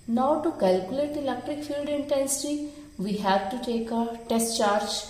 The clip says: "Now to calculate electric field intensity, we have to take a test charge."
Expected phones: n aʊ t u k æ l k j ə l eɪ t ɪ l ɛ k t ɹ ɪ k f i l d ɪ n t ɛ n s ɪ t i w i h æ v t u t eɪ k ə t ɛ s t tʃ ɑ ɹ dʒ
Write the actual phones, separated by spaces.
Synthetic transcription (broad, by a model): n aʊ t u k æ l k j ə l eɪ t ɪ l ɛ k t ɹ ɪ k f i l d ɪ n t ɛ n s ɪ t i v i h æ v t u t eɪ k ə t ɛ s t tʃ ɑ ɹ dʒ